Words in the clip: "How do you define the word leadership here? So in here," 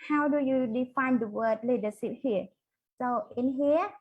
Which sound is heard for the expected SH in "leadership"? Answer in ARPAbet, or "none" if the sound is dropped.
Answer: S